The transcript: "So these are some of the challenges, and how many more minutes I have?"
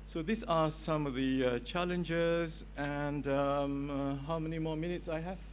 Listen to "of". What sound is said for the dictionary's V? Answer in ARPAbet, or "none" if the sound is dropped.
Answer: V